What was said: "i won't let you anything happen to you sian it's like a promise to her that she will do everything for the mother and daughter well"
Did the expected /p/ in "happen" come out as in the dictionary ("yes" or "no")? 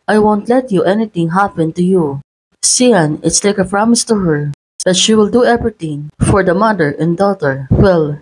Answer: yes